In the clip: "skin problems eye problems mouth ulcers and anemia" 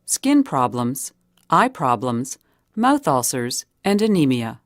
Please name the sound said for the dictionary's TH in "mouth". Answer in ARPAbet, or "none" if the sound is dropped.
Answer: TH